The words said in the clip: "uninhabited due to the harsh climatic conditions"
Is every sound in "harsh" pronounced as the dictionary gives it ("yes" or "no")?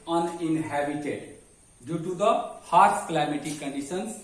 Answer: no